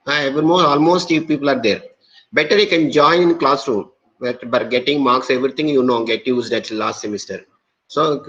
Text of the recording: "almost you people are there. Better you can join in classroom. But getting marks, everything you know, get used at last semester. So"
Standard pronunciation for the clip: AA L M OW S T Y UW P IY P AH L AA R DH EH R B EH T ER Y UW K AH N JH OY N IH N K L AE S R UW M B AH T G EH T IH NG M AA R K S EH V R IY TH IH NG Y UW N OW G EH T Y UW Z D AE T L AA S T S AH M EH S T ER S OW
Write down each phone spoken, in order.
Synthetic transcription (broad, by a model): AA L M OW S T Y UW P IY P AH L AA R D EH R B EH T ER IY K AH N JH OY IH N K L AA S R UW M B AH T G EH T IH NG M AA R K S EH V R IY T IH NG Y UW N OW G EH T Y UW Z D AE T L AA S T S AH M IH S T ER S OW